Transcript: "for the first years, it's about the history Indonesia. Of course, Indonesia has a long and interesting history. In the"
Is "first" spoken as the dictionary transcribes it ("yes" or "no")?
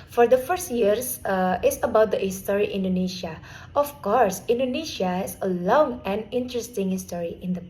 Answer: yes